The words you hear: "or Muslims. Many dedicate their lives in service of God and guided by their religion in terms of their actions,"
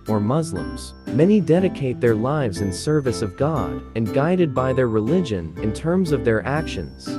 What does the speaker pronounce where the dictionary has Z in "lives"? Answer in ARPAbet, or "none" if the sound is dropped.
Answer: Z